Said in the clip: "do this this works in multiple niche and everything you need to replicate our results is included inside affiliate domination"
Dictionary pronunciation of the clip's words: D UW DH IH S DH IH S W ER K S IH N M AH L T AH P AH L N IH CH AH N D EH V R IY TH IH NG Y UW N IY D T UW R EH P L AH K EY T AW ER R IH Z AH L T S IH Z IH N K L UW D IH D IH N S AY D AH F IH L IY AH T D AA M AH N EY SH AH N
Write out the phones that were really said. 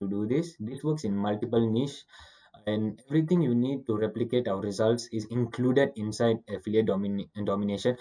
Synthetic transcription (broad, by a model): D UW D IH S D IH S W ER K S IH N M AH L T AH P AH L N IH SH AH N D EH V R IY T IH NG Y UW N IY D T UW R EH P L AH K EY T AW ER R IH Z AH L T S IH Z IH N K L UW D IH D IH N S AY D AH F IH L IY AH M D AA M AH N EY SH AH N